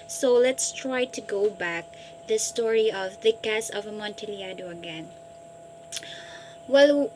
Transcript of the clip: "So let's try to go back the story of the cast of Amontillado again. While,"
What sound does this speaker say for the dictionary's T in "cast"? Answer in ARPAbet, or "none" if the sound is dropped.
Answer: none